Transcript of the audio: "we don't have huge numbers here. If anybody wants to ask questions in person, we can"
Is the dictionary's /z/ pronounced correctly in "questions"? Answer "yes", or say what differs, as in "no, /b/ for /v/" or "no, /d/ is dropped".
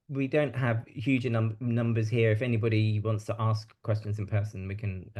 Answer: yes